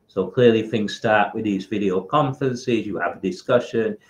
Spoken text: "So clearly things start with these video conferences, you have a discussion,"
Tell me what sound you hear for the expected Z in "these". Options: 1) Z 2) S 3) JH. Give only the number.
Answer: 1